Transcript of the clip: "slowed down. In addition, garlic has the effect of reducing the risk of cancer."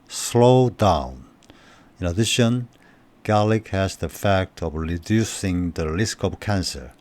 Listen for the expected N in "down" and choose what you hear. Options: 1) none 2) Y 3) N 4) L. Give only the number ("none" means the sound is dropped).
3